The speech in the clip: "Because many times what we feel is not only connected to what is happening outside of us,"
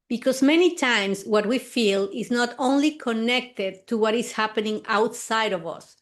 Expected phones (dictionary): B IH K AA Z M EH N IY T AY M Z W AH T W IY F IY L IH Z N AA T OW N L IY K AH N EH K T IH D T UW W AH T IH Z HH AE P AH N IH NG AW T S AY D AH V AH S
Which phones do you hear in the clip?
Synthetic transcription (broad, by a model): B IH K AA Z M EH N IY T AY M S W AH T W IY F IY L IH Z N AA T OW N L IY K AH N EH K T IH D T UW W AH T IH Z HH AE P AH N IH NG AW T S AY D AH V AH S